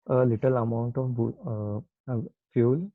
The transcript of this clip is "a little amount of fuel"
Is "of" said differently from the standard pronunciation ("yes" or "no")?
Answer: yes